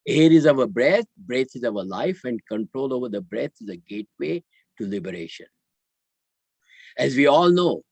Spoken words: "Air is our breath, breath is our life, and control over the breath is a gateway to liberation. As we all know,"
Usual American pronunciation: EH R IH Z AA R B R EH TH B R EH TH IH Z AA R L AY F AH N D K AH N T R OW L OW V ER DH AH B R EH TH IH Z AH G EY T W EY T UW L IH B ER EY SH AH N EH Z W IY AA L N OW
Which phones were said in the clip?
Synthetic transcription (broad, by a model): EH R IH Z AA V B R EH T B R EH T IH Z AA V L AY F AH N D K AH N T R OW L OW V ER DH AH B R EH T IH Z AH G EY T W EY T UW L IH B ER EY SH AH N EH Z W IY AA L N OW